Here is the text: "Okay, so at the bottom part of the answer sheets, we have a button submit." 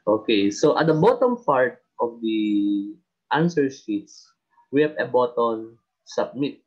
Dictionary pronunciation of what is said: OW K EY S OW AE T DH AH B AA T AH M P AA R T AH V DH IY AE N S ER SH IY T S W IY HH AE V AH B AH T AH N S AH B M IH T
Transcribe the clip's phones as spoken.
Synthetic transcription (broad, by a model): OW K EY S OW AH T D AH B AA T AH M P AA R T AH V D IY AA N S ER S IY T S W IY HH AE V AH B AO T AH N S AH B M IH T